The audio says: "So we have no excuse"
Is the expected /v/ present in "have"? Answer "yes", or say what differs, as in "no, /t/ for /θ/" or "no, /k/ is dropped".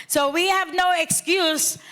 yes